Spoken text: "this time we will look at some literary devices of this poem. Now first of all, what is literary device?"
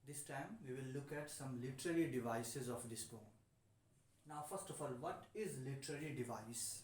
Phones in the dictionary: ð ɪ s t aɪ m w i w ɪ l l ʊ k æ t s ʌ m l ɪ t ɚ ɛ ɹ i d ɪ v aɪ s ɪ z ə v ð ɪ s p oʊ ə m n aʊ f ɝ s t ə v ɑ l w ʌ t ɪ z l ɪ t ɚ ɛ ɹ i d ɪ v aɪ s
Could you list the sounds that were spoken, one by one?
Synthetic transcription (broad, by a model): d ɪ s t aɪ m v i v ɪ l l ʊ k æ t s ʌ m l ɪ t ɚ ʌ ɹ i d ɪ v aɪ s ɪ z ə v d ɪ s b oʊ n n aʊ f ɝ s t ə f ɑ l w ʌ t ɪ z l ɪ t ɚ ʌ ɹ i d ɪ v aɪ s